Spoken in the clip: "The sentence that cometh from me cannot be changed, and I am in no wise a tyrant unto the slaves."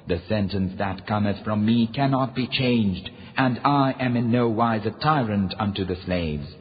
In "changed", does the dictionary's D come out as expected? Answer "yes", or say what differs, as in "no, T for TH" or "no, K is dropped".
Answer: yes